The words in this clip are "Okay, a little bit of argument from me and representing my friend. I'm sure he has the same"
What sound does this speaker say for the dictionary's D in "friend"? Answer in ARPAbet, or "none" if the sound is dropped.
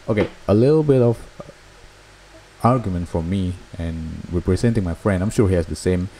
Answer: D